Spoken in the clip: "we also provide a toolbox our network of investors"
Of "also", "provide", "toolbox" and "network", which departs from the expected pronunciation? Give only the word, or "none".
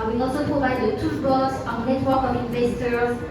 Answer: toolbox